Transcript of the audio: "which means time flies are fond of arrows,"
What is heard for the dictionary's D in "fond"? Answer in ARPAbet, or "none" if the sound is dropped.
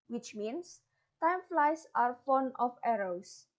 none